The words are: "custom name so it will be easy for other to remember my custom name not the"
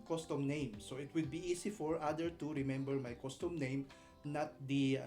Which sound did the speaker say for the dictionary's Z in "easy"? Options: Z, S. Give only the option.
S